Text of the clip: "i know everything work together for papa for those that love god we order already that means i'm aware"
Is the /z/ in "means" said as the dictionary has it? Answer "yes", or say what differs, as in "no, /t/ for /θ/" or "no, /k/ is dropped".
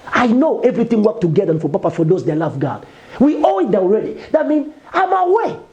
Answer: no, /z/ is dropped